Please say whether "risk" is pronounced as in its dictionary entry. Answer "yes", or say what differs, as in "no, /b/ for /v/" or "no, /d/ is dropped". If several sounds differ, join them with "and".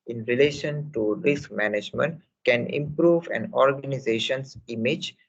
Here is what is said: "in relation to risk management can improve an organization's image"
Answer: yes